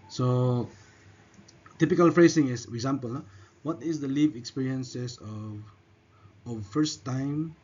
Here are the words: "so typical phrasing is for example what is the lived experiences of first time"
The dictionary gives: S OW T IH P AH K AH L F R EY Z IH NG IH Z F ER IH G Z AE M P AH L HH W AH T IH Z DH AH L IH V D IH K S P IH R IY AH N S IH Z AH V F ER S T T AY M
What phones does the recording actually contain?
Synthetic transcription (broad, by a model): S OW T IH P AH K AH L F R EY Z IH NG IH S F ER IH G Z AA M P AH L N W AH T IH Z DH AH L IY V IH K S P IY R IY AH N S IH S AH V F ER S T T AY M